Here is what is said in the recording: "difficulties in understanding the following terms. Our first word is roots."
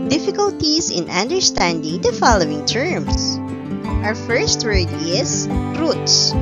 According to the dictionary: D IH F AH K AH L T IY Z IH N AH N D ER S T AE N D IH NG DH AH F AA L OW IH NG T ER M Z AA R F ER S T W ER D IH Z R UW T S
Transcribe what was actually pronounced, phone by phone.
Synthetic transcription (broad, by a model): D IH F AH K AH L T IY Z IH N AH N D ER S T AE N D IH NG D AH F AA L OW IH NG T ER M S AA R F ER S T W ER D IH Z R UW T S